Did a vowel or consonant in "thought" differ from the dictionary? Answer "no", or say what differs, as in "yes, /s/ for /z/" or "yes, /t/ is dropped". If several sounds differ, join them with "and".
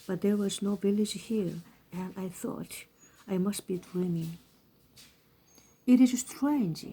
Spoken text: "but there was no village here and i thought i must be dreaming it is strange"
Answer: no